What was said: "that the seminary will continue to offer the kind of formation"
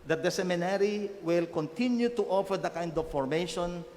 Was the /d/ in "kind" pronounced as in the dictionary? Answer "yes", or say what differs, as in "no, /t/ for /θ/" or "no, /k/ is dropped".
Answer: yes